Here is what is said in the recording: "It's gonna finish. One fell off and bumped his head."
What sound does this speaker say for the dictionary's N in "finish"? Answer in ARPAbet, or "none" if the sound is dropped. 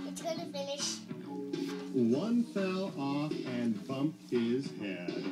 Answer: L